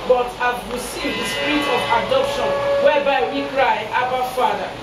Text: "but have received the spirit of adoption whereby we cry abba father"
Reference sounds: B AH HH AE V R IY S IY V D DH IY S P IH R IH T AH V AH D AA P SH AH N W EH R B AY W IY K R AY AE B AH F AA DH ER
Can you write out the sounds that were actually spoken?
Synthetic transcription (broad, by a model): B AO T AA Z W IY S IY D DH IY S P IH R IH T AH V AH D AA P SH AH N W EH B AY W IY K R AY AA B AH F AA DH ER